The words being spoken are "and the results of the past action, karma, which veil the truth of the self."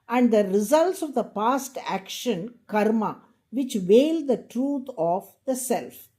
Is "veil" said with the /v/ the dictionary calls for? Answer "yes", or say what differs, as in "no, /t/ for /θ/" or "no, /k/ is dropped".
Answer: yes